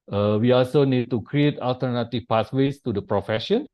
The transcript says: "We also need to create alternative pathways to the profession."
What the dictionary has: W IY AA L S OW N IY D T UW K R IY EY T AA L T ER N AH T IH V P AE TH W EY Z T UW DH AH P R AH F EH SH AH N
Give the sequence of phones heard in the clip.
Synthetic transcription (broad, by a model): W IY AA L S OW N IY D T UW K R IY EY T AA L T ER N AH T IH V P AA S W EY S T UW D AH P R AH F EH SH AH N